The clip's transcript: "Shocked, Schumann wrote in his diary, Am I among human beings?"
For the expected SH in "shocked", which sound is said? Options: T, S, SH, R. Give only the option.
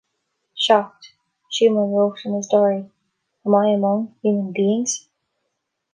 SH